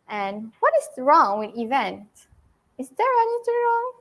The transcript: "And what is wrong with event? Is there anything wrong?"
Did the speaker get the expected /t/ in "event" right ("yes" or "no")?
yes